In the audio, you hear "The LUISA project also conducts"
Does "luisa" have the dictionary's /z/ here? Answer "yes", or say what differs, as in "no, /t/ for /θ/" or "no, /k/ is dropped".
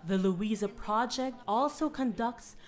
yes